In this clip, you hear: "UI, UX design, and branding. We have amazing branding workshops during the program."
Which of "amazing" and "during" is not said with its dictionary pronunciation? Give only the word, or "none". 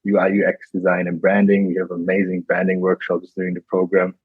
none